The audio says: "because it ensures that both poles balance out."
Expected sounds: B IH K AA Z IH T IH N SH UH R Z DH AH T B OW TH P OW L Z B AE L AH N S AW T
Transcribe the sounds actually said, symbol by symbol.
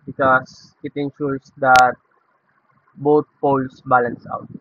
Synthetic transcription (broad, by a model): B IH K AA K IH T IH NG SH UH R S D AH T B OW T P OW L S B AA L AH N S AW T